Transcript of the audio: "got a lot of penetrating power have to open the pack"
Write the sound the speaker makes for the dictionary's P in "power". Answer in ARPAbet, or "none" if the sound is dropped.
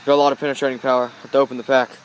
P